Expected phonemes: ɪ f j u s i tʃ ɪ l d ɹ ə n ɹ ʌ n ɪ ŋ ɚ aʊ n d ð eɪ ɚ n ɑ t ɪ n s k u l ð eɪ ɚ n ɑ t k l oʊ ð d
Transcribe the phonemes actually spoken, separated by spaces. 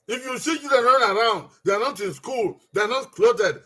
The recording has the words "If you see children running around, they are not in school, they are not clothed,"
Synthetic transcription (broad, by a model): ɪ f j u s i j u d ə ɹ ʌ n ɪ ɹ aʊ n d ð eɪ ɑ n ɑ t ɪ n s k u l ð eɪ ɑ n ɑ t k l oʊ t d